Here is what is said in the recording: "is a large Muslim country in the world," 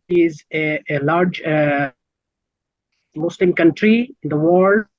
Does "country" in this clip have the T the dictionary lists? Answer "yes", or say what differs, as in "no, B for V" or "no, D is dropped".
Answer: yes